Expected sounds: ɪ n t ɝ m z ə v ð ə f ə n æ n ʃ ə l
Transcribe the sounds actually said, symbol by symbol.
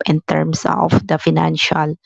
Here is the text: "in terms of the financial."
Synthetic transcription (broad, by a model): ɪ n t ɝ m s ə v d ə f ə n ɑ n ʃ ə l